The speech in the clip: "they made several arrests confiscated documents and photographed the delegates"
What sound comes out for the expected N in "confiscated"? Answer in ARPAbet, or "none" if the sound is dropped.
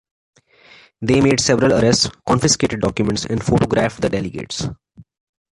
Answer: N